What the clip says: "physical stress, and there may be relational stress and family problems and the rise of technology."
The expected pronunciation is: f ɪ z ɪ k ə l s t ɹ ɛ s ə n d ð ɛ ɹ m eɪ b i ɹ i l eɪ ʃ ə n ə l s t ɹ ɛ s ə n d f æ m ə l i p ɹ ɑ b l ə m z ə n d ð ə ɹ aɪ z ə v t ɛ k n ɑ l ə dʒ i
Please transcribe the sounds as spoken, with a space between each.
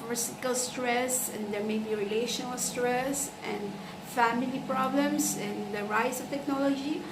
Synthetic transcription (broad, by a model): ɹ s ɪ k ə l s t ɹ ɛ s ə n d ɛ ɹ m eɪ b i ɹ i l eɪ ʃ ə n ə l s t ɹ ɛ s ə n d f æ m ə l i p ɹ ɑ b l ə m s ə n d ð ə ɹ aɪ s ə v t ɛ k n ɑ l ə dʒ i